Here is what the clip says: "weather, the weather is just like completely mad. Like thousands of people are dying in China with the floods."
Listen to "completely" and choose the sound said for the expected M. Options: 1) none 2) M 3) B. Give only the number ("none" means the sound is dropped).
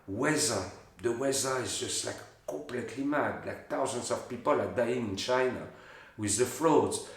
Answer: 1